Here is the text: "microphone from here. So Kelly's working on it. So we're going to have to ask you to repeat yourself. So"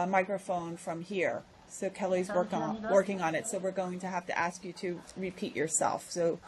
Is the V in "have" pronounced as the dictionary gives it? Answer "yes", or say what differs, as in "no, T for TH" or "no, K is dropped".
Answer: no, F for V